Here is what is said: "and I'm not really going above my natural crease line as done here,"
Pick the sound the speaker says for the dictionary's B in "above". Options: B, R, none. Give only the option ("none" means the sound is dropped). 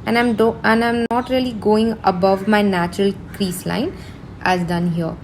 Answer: B